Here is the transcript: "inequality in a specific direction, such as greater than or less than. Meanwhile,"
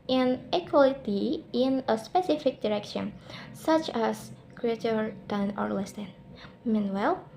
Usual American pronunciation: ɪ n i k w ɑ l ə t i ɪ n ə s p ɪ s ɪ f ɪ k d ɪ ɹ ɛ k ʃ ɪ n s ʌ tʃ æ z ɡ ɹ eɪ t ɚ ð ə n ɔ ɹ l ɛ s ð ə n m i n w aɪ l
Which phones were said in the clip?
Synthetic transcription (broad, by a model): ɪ n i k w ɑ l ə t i ɪ n ə s p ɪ s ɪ f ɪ k d ɪ ɹ ɛ k ʃ ɪ n s ʌ tʃ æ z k ɹ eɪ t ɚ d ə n ɔ ɹ l ɛ s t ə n m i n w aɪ l